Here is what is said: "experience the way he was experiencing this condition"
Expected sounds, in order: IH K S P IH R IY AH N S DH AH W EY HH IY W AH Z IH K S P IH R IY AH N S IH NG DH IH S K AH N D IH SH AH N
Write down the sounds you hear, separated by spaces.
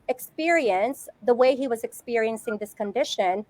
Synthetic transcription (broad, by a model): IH K S P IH R IY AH N S DH AH W EY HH IY W AH Z IH K S P IH R IY AH N S IH NG DH IH S K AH N D IH SH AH N